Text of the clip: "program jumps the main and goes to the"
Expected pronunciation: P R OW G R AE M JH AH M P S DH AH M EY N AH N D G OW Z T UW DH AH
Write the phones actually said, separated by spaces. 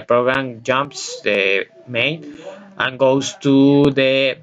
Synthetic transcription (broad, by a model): P R OW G R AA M JH AH M P S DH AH M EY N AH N G OW S T UW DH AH